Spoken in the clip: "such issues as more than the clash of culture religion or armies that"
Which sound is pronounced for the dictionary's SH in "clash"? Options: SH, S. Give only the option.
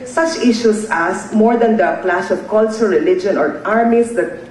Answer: S